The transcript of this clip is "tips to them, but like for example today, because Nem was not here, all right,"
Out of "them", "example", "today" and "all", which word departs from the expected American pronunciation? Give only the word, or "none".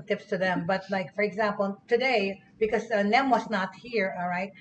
none